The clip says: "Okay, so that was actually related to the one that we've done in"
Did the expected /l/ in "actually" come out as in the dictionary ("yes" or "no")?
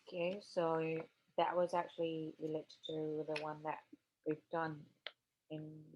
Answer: yes